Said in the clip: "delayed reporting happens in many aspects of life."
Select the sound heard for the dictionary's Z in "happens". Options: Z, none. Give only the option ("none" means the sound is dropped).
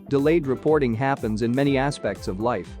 Z